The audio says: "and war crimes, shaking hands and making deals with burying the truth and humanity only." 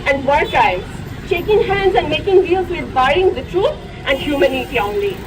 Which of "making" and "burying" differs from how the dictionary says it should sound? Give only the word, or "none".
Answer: burying